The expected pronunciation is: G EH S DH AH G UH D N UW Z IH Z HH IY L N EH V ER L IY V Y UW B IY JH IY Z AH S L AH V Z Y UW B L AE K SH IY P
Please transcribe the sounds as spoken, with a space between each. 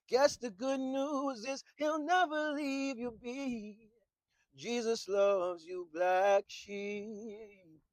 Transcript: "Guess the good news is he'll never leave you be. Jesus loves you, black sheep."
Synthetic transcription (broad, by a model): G EH S DH AH G UH D N UW Z IH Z HH IY L N EH V ER L IY V Y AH B IY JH IY Z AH S L AH V Z Y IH B L AE K SH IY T